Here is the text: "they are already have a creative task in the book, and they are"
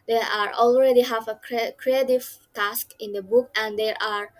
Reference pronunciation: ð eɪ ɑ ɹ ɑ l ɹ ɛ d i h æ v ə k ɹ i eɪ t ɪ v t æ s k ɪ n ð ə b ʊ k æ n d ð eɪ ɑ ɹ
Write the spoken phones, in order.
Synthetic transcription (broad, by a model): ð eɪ ɑ ɹ ɑ l ɹ ɛ d i h æ v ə k ɹ i eɪ t ɪ v t æ s k ɪ n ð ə b ʊ k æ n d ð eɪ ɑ ɹ